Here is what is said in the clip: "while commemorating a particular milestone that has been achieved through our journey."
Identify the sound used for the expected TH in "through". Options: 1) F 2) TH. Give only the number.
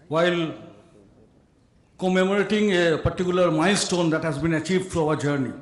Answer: 1